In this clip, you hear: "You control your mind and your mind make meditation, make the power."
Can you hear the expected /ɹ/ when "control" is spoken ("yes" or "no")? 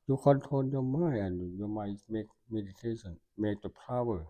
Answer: no